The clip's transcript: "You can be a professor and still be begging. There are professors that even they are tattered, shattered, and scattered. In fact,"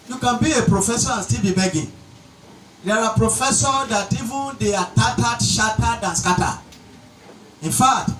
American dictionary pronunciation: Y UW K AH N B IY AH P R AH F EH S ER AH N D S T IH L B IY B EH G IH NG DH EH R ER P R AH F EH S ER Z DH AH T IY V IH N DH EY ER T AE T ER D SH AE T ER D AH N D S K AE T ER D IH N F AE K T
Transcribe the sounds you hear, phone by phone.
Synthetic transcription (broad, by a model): Y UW K AH N B IY AH P R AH F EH S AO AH N S T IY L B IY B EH G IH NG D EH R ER P R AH F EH S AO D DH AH T IY V IH N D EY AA T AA T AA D SH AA T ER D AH N S K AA T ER IH N F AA K T